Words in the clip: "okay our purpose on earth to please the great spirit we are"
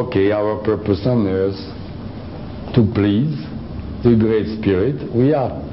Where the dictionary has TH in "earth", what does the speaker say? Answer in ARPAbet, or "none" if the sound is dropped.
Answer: S